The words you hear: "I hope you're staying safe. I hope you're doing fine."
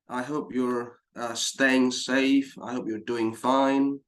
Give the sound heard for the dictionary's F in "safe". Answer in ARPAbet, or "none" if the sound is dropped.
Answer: F